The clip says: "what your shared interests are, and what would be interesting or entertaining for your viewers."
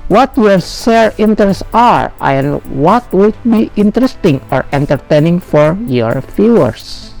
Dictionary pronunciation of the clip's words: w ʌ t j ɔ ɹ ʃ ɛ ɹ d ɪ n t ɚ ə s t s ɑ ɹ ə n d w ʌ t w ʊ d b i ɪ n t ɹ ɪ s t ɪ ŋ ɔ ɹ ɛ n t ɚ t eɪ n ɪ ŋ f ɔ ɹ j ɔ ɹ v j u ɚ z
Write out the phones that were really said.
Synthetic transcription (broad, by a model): w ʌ t j ɔ ɹ s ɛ ɹ ɪ n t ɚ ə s s ɑ ɹ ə n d w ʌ t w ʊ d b i ɪ n t ɹ ɪ s t ɪ ŋ ɔ ɹ ɛ n t ɚ t eɪ n ɪ ŋ f ɔ ɹ j ɔ ɹ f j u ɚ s